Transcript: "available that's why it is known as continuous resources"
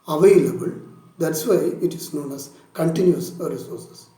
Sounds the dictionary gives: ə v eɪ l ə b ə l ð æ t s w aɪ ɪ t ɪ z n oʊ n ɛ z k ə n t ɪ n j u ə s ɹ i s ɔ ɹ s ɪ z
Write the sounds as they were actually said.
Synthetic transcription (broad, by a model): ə v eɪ l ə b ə l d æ t s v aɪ ɪ t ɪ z n oʊ n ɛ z k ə n t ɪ n j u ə ɹ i s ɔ ɹ s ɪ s